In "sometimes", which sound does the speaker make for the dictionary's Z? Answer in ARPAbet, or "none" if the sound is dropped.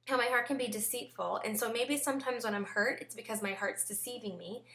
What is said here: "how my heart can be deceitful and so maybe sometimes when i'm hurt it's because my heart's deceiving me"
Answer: Z